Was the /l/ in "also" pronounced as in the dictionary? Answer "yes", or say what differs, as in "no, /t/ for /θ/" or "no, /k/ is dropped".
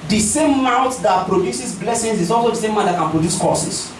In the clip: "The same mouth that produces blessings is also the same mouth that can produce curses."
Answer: yes